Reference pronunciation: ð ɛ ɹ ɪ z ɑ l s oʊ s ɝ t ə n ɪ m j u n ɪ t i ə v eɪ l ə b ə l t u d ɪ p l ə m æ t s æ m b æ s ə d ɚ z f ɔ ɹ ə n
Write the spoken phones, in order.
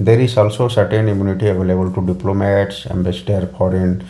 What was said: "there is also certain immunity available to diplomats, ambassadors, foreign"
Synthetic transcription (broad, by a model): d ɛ ɹ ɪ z ɑ l s oʊ s ɝ t ə n ɪ m j u n ɪ t i ə v eɪ l ə b ə l t u d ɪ p l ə m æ t s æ m b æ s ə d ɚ f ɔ ɹ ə n